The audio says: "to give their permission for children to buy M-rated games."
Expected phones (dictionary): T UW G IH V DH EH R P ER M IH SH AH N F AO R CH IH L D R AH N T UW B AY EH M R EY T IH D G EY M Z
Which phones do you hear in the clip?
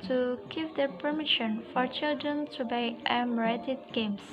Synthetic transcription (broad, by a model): T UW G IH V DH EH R P ER M IH SH AH N F AO R CH IH L D R AH N T UW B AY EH M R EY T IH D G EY M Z